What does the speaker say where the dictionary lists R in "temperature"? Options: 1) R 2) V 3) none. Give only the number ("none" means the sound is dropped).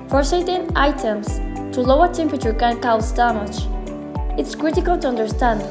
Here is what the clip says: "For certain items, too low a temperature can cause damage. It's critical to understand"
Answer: 1